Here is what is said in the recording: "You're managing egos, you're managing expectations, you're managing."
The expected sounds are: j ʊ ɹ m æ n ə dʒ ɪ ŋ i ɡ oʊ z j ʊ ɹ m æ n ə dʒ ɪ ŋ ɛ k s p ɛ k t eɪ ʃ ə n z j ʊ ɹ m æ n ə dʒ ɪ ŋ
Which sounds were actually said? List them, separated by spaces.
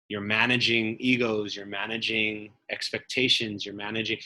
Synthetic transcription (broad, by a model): j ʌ ɹ m æ n ə dʒ ɪ ŋ i ɡ oʊ z j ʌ ɹ m æ n ə dʒ ɪ ŋ ɛ k s p ɛ k t eɪ ʃ ə n z j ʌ ɹ m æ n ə dʒ ɪ ŋ